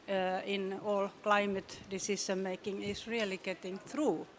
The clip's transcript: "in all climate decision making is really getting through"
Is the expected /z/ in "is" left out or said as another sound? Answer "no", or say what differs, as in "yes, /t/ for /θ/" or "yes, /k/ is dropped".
yes, /s/ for /z/